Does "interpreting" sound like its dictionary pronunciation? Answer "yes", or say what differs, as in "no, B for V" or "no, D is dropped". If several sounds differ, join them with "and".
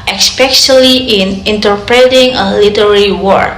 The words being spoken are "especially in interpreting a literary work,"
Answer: yes